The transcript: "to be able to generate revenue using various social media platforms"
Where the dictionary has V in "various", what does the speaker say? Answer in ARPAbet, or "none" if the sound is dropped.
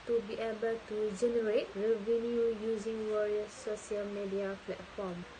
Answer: W